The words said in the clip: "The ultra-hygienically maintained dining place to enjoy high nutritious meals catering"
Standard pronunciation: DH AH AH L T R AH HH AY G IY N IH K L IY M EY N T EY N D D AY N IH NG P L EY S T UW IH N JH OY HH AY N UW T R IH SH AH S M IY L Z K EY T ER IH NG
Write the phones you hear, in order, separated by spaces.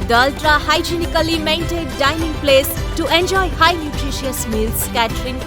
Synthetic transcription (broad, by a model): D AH AH L T R AH HH AY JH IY N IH K L IY M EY N T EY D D AY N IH NG P L EY S T UW IH N JH OY HH AY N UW T R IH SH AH S M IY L S K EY T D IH NG